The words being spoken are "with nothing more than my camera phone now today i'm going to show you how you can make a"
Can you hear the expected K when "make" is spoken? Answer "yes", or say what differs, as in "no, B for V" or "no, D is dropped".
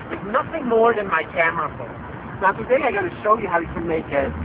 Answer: yes